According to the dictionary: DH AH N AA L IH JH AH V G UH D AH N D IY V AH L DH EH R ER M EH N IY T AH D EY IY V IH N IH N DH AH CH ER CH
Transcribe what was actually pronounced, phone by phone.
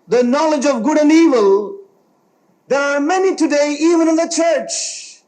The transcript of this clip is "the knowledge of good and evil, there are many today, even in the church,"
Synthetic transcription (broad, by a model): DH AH N AA L IH JH AH V G UH D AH N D IY V AH L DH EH R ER M EH N IY T AH D EY IY V IH N IH N DH AH CH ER CH